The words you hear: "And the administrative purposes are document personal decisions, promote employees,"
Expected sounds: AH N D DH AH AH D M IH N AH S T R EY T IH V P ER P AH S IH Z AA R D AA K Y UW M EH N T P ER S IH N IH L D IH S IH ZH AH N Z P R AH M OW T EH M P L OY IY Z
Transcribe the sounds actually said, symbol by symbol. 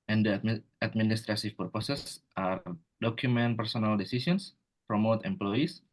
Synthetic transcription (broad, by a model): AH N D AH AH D M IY N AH S T R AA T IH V P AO P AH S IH S AA R D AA K Y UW M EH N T P ER S IH N IH L D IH S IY S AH N S P R AH M OW T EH M P L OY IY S